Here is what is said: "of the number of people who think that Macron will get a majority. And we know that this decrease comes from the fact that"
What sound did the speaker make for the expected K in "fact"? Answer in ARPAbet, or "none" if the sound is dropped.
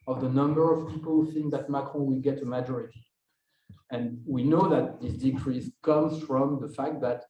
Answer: K